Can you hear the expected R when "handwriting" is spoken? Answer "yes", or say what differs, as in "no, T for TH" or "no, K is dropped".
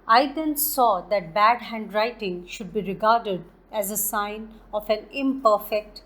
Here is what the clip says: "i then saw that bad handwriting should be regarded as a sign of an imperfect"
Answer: yes